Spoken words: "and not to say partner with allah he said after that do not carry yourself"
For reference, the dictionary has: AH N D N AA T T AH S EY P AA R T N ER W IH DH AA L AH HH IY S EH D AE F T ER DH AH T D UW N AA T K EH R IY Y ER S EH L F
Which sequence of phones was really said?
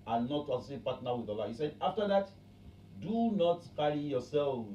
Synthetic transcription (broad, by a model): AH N N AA T S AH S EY P AA T N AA W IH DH AA L AH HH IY S EH D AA F T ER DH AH T D UW N AA T K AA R IY Y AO S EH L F